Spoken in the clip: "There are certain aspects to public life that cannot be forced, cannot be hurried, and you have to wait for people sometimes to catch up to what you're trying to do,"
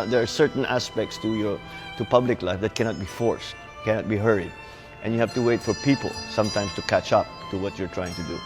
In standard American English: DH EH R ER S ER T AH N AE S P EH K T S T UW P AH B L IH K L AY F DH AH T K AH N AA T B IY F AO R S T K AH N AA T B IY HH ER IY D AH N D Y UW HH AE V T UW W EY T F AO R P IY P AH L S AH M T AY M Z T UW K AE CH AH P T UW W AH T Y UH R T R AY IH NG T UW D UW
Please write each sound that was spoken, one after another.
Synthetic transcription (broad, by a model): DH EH R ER S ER T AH N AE S P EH K T S T UW P AH B L IH K L AY F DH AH T K AH N AA T B IY F AO R S T K AH N AA T B IY HH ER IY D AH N Y UW HH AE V T UW W EY T F AO R P IY P AH L S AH M T AY M S T UW K AE CH AH P T UW W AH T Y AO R T R AY IH NG T UW D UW